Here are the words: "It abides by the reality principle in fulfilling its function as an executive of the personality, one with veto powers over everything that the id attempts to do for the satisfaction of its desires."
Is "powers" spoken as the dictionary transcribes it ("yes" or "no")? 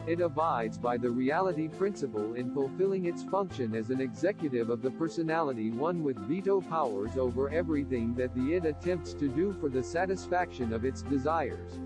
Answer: yes